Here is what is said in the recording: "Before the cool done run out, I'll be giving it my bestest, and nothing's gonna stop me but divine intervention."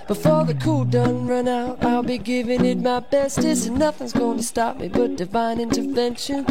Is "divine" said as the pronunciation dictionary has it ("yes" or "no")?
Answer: yes